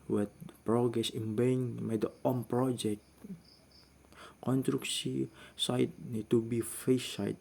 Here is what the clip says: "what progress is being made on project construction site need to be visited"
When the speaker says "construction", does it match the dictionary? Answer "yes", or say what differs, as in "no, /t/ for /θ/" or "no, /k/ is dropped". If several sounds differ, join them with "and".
no, /s/ is dropped and /s/ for /ʃ/